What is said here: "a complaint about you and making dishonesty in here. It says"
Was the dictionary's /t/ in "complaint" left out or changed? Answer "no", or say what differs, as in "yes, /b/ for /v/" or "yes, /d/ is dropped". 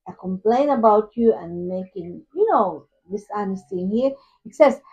yes, /t/ is dropped